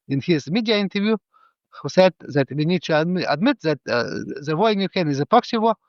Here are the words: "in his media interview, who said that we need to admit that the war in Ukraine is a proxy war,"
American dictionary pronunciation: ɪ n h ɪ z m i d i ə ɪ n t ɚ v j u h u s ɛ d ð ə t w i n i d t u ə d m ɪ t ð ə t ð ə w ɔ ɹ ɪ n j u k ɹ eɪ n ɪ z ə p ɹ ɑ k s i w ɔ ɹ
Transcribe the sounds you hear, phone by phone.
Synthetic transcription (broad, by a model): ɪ n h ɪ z m i d i ə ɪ n t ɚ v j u h u s ɛ d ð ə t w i n i d t u ə d m ɪ t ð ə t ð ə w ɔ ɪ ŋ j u k eɪ n ɪ z ə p ɑ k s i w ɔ